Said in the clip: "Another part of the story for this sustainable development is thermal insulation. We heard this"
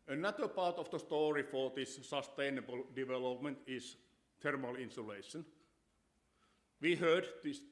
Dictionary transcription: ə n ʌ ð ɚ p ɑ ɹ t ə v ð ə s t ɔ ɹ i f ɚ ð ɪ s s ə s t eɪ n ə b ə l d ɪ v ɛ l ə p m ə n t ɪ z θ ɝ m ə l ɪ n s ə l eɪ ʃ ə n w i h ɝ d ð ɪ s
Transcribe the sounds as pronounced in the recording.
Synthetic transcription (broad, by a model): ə n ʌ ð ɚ p ɑ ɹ t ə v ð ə s t ɔ ɹ i f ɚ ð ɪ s s ə s t eɪ n ə b ə l d ɪ v ɛ l ə p m ə n t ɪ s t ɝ m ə l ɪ n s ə l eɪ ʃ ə n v i h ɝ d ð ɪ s